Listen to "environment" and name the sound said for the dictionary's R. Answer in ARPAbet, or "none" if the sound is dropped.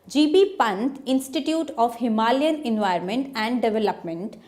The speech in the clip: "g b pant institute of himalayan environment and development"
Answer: none